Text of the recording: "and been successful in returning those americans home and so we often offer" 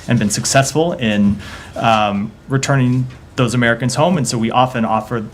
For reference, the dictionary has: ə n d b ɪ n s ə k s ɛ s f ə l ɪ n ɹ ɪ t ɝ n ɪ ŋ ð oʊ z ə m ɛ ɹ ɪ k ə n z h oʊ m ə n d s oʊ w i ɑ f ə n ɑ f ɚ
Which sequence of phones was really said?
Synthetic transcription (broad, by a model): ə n b ɪ n s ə k s ɛ s f l ɪ n ɹ ɪ t ɝ n ɪ ŋ ð oʊ z ə m ɛ ɹ ɪ k ə n z h oʊ m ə n s oʊ w i ɑ f ə n ɑ f ɚ